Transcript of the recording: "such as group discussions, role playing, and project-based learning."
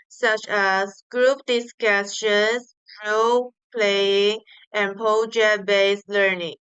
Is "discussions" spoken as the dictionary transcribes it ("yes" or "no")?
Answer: no